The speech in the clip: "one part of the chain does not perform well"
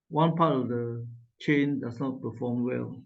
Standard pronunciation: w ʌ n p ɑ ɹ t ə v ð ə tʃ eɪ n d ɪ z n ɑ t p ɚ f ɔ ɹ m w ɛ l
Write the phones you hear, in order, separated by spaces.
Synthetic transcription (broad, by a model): w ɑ n p ɑ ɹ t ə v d ə tʃ eɪ n d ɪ s n ɑ t p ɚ f ɔ m w ɛ l